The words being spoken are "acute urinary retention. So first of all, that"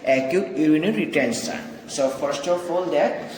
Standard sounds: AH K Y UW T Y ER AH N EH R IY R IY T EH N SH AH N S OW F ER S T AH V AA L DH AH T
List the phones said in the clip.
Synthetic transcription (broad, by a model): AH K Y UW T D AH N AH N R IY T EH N S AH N S OW F ER S T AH F AA L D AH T